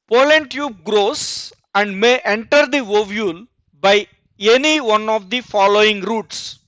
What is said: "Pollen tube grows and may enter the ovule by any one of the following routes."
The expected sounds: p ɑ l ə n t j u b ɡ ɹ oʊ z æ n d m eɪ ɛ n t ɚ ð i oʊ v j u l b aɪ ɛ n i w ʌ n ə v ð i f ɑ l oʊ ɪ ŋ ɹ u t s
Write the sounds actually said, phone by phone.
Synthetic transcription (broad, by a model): p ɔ l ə n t j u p ɡ ɹ oʊ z æ n d m eɪ ɛ n t ɚ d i oʊ v j u l b aɪ ɛ n i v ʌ n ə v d i f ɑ l oʊ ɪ ŋ ɹ u t s